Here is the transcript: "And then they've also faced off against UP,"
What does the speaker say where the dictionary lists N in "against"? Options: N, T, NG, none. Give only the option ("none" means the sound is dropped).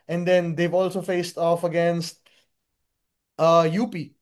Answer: N